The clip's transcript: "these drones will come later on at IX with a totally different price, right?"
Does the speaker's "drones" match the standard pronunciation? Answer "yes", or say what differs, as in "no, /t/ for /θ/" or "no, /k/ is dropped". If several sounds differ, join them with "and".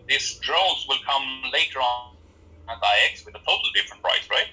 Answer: no, /l/ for /n/